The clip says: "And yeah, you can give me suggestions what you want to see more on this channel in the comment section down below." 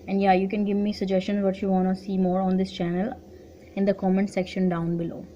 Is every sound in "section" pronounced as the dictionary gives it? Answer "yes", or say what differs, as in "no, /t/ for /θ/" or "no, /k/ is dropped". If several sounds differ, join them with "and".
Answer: yes